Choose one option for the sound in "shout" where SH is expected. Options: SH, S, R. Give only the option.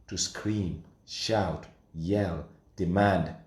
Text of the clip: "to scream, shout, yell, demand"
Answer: SH